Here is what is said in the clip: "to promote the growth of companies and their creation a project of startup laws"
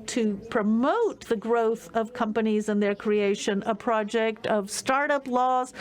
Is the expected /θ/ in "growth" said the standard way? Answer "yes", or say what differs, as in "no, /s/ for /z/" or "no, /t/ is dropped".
yes